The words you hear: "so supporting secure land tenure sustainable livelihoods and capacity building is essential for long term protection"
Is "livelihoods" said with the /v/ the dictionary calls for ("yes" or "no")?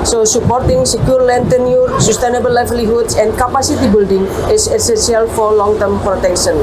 no